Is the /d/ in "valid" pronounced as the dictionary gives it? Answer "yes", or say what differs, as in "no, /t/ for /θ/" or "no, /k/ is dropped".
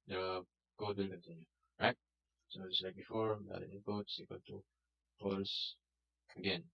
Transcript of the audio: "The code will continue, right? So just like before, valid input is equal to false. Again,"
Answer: no, /d/ is dropped